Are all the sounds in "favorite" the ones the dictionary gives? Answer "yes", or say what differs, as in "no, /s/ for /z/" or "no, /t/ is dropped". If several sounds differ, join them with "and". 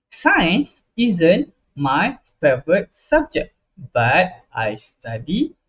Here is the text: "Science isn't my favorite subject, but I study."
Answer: yes